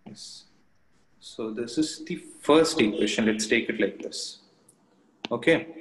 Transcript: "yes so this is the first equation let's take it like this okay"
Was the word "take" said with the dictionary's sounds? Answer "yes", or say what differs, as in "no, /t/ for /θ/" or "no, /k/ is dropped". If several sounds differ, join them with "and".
yes